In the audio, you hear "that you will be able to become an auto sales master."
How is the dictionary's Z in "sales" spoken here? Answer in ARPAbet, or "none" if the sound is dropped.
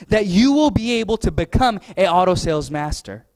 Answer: Z